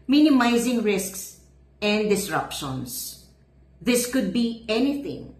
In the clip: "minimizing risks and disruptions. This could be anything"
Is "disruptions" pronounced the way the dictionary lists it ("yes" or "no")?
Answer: no